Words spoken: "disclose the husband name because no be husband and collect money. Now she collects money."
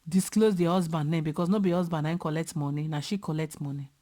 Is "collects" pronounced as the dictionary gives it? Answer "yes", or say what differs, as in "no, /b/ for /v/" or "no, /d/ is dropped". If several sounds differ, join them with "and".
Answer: no, /s/ is dropped